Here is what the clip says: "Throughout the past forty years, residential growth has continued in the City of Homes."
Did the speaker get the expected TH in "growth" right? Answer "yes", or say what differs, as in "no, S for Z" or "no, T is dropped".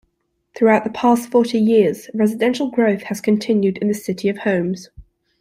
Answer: yes